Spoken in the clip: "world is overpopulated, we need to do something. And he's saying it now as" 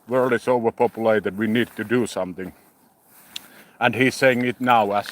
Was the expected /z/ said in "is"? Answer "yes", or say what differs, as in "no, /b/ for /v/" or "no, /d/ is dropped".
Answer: no, /s/ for /z/